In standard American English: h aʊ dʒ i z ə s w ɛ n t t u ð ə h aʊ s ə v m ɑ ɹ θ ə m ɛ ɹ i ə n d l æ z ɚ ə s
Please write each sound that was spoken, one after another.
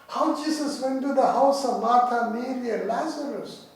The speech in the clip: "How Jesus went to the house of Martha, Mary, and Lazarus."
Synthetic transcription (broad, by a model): h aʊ dʒ i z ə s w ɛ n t t u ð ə h aʊ s ə v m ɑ ɹ t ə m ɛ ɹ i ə l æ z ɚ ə s